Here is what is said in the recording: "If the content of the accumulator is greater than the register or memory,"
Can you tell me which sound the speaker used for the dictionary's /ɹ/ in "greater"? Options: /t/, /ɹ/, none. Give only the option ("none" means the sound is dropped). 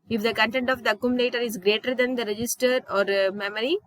/ɹ/